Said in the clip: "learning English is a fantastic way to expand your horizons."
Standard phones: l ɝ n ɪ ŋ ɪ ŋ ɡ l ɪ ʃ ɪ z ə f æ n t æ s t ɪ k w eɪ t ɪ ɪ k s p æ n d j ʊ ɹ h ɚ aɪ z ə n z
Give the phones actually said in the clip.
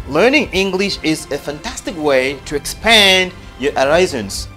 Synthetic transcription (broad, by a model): l ɝ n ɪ ŋ ɪ ŋ ɡ l ɪ ʃ ɪ z ə f æ n t æ s t ɪ k w eɪ t ɪ ɪ k s p æ n d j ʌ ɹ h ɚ aɪ z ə n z